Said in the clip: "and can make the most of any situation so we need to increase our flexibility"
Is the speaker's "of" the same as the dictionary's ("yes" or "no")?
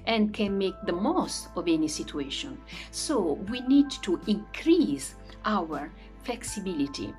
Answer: yes